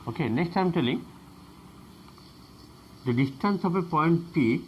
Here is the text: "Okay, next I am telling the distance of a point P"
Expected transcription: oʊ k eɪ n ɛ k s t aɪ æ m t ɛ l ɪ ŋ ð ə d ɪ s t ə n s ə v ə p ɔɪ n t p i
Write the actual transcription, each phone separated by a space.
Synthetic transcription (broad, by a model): oʊ k eɪ n ɛ k s t aɪ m t ɛ l ɪ ŋ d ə d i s t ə n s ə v ə p ɔɪ n t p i